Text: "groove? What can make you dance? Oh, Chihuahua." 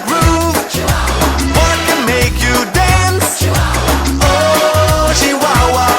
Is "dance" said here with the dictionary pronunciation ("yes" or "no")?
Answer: yes